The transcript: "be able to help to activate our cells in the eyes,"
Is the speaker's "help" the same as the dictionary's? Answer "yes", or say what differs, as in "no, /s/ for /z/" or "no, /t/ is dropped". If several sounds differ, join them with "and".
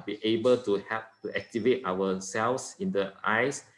no, /l/ is dropped